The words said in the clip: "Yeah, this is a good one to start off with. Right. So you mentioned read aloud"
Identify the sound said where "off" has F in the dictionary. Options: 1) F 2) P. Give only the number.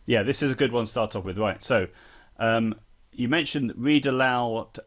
2